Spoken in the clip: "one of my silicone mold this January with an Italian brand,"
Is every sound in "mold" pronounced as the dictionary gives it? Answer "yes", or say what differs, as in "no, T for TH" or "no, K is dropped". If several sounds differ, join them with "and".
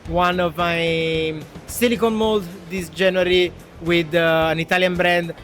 yes